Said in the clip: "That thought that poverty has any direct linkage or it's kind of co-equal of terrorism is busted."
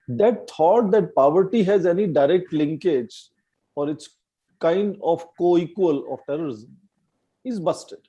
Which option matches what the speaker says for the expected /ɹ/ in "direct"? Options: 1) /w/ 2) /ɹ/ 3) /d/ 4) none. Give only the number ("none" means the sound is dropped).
2